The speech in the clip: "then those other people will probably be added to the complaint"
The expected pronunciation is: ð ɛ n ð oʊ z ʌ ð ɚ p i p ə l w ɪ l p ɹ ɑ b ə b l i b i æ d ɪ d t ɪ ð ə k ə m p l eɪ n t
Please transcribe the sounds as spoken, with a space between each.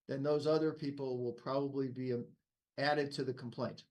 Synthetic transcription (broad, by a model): ð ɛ n ð oʊ z ʌ ð ɚ p i p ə l w ɪ l p ɹ ɑ b ə b l i b i æ d ɪ d t ɪ ð ə k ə m p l eɪ n t